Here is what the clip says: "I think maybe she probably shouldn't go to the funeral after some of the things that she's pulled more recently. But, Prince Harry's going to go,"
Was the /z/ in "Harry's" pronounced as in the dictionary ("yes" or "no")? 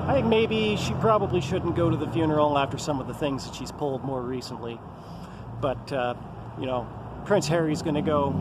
yes